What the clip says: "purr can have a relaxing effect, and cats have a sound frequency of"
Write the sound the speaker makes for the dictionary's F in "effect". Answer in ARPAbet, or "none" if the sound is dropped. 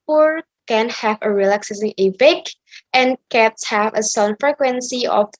P